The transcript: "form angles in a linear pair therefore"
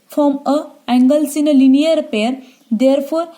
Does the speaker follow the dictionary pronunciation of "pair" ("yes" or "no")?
yes